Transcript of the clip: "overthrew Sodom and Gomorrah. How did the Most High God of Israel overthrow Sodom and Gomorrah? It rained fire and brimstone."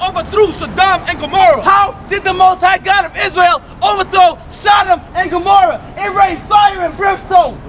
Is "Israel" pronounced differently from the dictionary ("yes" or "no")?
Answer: no